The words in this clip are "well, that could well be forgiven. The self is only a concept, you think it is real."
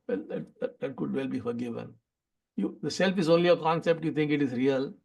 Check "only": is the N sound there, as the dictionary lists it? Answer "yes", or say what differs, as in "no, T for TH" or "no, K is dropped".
yes